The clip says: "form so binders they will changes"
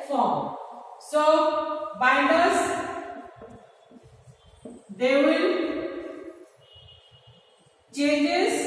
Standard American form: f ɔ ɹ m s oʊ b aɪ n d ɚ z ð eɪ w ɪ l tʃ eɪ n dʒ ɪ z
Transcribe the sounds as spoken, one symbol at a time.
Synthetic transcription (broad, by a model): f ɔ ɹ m s oʊ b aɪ d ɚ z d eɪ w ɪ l tʃ eɪ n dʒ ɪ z